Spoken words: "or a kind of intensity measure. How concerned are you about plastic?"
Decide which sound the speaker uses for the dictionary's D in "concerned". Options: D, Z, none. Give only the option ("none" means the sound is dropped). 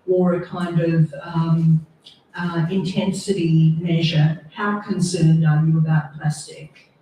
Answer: D